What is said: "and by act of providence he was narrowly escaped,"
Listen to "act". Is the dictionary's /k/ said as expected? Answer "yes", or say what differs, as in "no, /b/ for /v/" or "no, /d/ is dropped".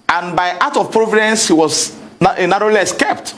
no, /k/ is dropped